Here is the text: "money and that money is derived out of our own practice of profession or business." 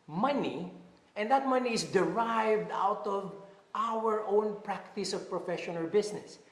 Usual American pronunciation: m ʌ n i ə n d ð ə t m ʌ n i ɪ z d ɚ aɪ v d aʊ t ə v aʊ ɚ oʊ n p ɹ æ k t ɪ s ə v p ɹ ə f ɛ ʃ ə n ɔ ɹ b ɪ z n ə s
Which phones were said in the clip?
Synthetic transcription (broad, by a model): m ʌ n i ə n d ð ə t m ʌ n i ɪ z d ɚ aɪ v d aʊ t ə v aʊ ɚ oʊ n p ɹ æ k t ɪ s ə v p ɹ ə f ɛ ʃ ə n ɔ l b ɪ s n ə s